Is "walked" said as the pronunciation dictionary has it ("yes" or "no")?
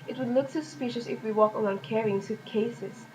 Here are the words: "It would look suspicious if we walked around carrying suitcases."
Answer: no